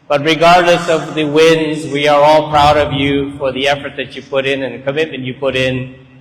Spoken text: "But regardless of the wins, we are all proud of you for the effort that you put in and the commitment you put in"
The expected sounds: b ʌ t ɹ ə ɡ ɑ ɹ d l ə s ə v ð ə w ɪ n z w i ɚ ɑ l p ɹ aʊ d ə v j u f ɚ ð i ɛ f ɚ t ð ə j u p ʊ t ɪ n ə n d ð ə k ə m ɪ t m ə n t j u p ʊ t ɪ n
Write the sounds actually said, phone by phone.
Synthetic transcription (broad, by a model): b ʌ t ɹ ə ɡ ɑ ɹ d l ə s ə v ð ə w ɪ n z w i ɚ ɑ l p ɹ aʊ d ə v j u f ɚ ð i ɛ f ɚ t ð ə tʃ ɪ p ʊ t ɪ n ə n ð ə k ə m ɪ t m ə n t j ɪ p ʊ t ɪ n